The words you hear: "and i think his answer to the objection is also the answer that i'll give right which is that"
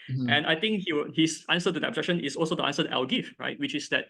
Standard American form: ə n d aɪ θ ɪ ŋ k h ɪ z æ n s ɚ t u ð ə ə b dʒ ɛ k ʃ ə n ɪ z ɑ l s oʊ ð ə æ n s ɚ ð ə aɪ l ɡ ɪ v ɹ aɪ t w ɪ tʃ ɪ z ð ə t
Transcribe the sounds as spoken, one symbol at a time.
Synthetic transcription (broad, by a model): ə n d aɪ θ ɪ ŋ k h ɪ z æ n s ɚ t u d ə ə b dʒ ɛ k ʃ ə n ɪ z ɑ l s oʊ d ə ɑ n s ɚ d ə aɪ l ɡ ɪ f ɹ aɪ t w ɪ tʃ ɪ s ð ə t